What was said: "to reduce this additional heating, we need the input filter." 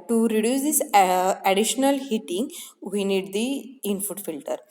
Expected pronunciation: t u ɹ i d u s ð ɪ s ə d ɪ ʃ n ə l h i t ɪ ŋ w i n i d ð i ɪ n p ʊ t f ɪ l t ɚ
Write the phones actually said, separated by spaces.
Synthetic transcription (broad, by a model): t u ɹ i d u s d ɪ s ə d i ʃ n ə l h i t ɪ ŋ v i n i d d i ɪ n f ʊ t f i l t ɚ